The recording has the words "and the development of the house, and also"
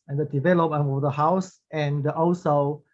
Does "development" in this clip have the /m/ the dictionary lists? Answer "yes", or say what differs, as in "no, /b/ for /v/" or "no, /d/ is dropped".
no, /m/ is dropped